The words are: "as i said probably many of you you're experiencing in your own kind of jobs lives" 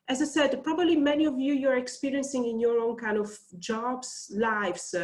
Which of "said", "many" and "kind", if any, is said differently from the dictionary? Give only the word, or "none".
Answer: none